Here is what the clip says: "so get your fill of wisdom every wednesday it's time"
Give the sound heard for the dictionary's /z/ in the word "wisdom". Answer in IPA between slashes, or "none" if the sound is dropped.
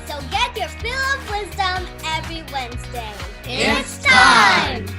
/z/